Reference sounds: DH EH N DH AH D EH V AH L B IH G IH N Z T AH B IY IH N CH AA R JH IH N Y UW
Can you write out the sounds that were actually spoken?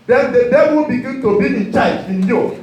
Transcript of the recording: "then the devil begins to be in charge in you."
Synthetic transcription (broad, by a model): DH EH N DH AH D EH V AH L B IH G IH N T AH B IY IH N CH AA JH IH N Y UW